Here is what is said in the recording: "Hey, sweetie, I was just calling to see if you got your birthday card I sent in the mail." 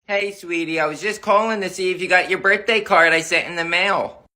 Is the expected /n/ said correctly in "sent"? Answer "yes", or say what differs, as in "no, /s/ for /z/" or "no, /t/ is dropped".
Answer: no, /n/ is dropped